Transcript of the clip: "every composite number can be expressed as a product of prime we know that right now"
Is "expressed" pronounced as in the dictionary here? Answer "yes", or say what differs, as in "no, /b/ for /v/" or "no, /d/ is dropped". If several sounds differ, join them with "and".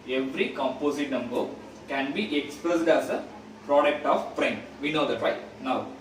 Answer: no, /ɹ/ is dropped